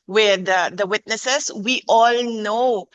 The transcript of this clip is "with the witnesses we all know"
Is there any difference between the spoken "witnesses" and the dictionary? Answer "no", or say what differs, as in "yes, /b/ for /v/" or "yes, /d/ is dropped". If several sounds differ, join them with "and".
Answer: yes, /s/ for /z/